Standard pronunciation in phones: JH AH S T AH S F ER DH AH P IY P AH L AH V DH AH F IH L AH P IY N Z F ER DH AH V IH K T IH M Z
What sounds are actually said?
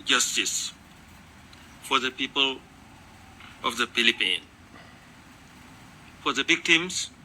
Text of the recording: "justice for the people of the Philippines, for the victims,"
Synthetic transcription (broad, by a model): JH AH S T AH S F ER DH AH P IY P AH L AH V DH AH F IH L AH P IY N F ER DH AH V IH K T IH M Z